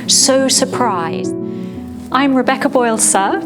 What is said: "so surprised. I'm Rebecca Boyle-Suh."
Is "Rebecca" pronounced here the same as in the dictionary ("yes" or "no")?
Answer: yes